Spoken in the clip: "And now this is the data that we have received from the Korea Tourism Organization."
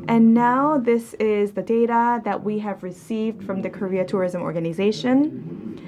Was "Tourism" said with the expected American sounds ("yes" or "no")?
yes